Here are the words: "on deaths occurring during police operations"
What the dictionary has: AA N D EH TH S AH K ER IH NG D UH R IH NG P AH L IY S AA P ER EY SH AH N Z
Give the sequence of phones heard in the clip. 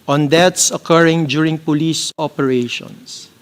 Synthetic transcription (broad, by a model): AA N D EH T S AH K ER IH NG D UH R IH NG P AH L IY S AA P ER EY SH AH N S